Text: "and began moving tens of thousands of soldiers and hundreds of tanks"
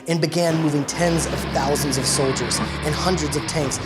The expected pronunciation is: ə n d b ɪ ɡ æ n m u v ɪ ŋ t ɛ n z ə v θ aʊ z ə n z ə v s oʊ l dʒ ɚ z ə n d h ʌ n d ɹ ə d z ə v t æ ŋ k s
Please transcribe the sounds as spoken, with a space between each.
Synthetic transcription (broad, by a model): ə n b ɪ ɡ æ n m u v ɪ ŋ t ɛ n z ə v θ aʊ z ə n z ə v s oʊ l dʒ ɚ z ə n h ʌ n d ɹ ə d z ə v t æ ŋ k s